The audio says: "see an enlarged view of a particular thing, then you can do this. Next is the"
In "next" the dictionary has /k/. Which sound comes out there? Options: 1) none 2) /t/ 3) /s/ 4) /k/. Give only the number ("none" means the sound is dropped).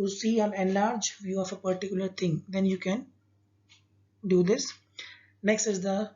4